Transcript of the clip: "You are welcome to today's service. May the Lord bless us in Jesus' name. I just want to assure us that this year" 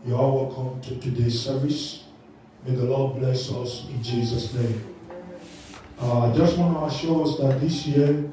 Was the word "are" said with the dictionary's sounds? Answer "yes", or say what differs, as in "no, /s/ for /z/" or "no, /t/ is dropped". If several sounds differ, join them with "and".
no, /l/ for /ɹ/